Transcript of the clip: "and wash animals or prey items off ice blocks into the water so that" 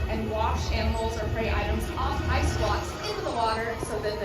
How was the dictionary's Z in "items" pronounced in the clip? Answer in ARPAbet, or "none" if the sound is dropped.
Z